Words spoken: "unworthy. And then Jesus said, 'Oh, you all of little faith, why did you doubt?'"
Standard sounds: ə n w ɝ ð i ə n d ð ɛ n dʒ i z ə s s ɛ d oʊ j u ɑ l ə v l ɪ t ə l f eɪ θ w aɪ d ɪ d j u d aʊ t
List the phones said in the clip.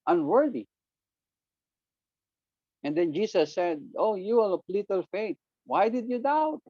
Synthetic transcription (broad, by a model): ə n w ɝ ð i ə n d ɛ n dʒ i s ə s s ɛ d oʊ j u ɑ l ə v l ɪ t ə l f eɪ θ w aɪ d ɪ d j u d aʊ t